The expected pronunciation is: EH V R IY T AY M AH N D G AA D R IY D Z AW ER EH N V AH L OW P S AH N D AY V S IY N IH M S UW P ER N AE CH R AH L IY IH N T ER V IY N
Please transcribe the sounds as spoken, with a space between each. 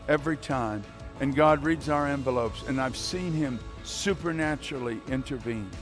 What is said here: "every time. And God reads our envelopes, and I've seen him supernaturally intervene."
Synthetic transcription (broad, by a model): EH V R IY T AY M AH N G AA D R IY D Z AW ER EH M V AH L OW P S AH N AY V S IY N IH M S UW P ER N AE CH R L IY IH N T ER V IY N